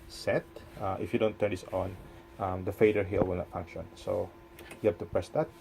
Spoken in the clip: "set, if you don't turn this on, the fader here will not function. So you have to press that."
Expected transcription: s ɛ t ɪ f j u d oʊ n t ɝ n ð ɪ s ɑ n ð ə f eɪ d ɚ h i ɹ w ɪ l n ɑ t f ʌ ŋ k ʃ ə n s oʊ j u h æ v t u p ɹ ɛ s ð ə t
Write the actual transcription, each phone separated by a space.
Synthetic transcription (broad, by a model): s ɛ t ɪ f j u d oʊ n t ɝ n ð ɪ s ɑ n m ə f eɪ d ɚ h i l w ɪ l n ɑ t f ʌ ŋ k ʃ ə n s oʊ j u h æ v t u p ɹ ɛ s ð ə t